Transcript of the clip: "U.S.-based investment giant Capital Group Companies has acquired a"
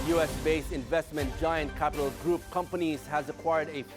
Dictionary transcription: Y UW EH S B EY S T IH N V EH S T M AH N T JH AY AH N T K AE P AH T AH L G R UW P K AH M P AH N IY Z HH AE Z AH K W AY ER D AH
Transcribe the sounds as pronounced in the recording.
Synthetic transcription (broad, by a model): Y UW EH S B EY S IH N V EH S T M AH N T JH AY AH N T K AE P AH T AH L G R UW P K AH M P AH N IY Z HH AE Z AH K W AY ER D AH